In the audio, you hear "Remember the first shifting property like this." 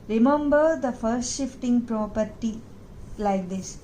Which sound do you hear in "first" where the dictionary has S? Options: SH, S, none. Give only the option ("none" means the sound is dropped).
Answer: S